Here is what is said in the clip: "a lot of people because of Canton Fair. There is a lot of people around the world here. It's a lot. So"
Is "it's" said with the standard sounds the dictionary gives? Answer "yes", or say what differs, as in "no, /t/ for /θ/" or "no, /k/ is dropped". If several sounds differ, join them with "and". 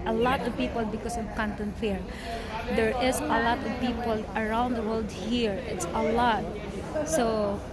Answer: yes